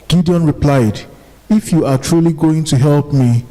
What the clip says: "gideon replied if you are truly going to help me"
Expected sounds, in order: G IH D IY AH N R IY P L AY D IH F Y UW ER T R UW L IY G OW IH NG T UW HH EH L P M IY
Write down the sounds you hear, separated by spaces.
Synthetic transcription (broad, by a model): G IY D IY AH N R IY P L AY D IH F Y UW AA T R UW L IY G OW IH NG T UW HH EH L P M IY